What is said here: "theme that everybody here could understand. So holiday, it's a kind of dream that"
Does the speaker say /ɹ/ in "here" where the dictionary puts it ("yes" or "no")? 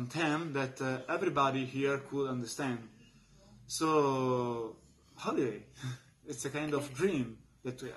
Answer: yes